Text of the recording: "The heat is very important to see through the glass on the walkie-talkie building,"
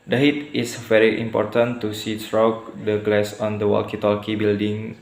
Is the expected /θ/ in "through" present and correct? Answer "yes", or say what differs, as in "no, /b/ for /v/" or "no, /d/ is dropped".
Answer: no, /s/ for /θ/